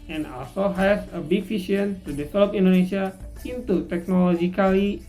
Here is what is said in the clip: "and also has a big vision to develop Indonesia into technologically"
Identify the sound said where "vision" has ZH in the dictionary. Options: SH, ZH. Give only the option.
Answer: SH